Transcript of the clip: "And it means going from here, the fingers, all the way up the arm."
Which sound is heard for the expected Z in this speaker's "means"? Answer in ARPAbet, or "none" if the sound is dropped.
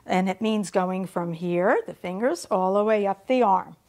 Z